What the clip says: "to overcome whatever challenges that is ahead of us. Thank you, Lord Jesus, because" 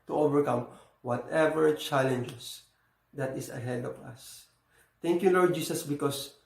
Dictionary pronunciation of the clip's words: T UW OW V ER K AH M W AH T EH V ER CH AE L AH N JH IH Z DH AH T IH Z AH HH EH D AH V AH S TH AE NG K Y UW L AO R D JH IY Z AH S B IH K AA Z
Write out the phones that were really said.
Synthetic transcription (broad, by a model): T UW OW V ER K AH M W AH T EH V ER CH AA L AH N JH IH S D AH T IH S AH HH EH D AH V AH S T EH NG K Y UW L AO R D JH IY S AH S B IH K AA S